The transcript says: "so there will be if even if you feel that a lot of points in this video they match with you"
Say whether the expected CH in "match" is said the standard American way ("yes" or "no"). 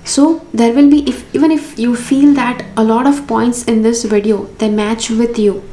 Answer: yes